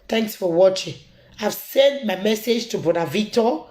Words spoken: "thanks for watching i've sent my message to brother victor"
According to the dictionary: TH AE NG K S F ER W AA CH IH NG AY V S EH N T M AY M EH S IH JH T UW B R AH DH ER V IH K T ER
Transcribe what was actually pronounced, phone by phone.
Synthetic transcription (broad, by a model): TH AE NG K S F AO W AA CH IH NG AY V S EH N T M AY M EH S IH JH T UW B AO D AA V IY K T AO